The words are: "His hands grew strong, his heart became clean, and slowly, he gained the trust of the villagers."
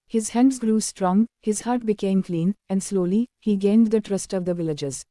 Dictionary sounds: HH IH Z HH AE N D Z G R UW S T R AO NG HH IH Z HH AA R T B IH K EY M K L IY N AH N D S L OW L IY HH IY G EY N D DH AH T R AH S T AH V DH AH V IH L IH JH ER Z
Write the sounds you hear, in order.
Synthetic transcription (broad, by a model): HH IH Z HH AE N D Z G R UW S T R AO NG HH IH Z HH AA R T B IH K EY M K L IY N AH N D S L OW L IY HH IY G EY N D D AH T R AH S T AH V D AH V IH L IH JH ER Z